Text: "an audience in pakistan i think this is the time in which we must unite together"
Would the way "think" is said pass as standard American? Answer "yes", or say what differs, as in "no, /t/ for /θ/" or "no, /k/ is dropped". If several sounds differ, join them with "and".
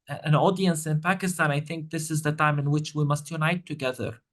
yes